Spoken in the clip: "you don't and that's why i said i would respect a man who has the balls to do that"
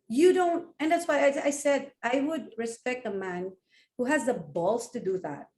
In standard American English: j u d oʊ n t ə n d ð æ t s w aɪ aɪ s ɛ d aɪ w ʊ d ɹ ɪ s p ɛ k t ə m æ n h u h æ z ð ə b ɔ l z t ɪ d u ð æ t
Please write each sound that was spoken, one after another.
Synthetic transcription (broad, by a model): j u d oʊ n t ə n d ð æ t s w aɪ aɪ s ɛ d aɪ w ʊ d ɹ ɪ s p ɛ k t ə m æ n h u h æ z ð ə b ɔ l s t ɪ d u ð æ t